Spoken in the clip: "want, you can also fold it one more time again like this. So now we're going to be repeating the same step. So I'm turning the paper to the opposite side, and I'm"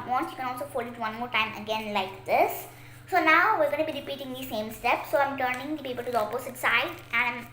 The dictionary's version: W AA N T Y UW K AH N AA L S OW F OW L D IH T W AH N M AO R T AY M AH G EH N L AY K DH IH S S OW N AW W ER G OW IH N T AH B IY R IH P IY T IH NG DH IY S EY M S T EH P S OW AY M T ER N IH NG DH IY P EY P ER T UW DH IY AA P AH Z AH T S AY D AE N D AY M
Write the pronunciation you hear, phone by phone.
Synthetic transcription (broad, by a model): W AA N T Y UW K AH N AA L S OW F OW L IH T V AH N M AO R T AY M AH G EH N L AY K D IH S S OW N AW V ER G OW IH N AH B IY R IH P IY T IH NG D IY S EY M S T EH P S OW AY M T ER N IH NG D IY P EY P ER T UW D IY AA P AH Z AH T S AY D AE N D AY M